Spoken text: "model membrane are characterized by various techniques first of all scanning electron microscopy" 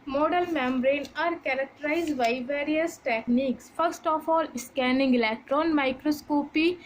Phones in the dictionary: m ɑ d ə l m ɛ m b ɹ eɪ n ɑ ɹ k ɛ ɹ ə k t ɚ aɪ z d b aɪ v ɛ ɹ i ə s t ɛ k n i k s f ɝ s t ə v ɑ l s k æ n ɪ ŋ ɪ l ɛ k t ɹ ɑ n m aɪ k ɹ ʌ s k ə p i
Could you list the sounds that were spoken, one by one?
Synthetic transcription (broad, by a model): m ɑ d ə l m ɛ m b ɹ eɪ n ɑ ɹ k ɛ ɹ ə k t ɚ aɪ z d b aɪ v ɛ ɹ i ə s t ɛ k n i k s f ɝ s t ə f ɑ l s k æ n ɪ ŋ ɪ l ɛ k t ɹ ɑ n m aɪ k ɹ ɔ s k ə p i